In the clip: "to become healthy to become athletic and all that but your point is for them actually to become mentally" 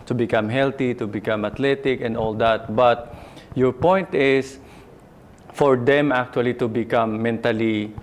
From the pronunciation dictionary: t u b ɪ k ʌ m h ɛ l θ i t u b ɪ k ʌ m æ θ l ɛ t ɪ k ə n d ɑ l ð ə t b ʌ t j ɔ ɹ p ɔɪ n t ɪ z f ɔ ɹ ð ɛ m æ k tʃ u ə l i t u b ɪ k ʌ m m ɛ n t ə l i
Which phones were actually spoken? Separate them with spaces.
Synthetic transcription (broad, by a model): t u b ɪ k ʌ m h ɛ l t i t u b ɪ k ʌ m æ t l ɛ t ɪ k ə n d ɑ l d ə t b ʌ t j ɔ ɹ p ɔɪ n t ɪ s f ɔ ɹ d ɛ m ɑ k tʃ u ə l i t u b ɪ k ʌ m m ɛ n t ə l i